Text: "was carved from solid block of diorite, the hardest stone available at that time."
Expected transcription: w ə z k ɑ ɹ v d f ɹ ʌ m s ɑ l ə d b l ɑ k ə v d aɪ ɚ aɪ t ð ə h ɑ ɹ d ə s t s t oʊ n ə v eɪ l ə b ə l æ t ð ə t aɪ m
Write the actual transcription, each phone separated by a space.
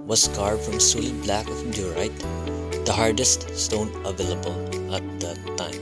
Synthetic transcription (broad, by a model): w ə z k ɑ ɹ d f ɹ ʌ m s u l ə b l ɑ k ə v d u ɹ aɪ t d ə h ɑ ɹ d ə s t s t oʊ n ə v eɪ l ə b ə l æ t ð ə t aɪ m